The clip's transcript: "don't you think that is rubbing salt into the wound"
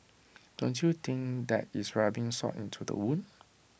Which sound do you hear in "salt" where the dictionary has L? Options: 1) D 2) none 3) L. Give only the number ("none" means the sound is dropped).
2